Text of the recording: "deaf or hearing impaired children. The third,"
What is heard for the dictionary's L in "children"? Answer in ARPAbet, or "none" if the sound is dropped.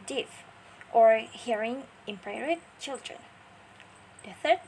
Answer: L